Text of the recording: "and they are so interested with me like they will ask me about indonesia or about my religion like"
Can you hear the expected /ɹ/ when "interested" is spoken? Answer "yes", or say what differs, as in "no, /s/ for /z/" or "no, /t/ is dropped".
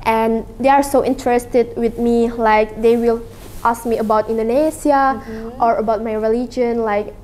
yes